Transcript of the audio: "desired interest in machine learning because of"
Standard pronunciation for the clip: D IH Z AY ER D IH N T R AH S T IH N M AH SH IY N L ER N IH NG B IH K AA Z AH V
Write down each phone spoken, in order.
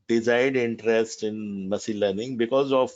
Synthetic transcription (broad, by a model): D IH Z AY D IH N T R AH S T IH N M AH S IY L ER N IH NG B IH K AA Z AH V